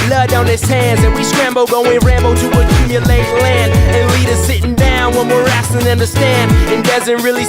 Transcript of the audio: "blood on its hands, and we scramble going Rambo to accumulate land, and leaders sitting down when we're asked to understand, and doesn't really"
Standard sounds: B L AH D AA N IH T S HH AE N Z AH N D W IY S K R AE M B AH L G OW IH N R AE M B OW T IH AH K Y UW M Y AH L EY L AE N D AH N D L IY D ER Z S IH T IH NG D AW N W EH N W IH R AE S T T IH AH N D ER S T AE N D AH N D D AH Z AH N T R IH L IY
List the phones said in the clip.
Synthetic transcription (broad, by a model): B L AH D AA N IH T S HH AE N Z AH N W IY S K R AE M B L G OW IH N R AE M B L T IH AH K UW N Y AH L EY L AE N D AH N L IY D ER S IH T IH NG D AW N W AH N W IH R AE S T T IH AH N D ER S T AE N D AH N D D AH Z AH N T R IH L IY